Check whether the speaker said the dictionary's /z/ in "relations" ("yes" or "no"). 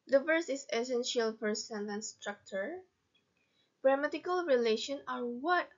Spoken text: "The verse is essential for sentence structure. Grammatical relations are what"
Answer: no